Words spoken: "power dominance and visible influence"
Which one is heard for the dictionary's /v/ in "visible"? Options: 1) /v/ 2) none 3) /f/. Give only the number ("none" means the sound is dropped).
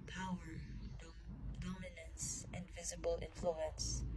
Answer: 1